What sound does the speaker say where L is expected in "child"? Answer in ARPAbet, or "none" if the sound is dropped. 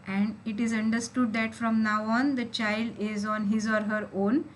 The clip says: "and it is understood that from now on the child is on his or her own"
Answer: L